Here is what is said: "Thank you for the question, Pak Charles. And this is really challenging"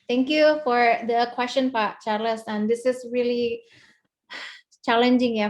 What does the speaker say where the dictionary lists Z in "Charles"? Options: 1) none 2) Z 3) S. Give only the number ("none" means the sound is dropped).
3